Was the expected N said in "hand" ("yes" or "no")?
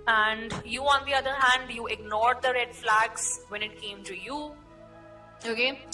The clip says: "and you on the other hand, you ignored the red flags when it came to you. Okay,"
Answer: yes